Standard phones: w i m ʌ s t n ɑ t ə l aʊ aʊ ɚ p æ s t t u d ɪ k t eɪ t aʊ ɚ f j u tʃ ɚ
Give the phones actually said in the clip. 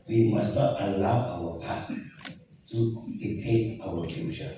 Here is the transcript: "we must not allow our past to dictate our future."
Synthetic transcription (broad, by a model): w i m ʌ s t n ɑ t ə l aʊ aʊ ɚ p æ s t t u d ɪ t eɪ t aʊ ɚ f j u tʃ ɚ